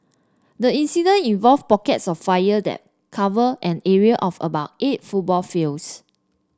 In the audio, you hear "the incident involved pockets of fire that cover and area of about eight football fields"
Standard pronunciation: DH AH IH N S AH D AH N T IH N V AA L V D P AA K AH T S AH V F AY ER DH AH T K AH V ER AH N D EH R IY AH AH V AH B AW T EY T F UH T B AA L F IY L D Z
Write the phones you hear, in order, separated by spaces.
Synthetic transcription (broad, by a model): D AH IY N S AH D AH N IH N V AA L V P AA K AH T S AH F AY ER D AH T K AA V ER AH N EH R IY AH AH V AH B AW T EY T F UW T B AA L F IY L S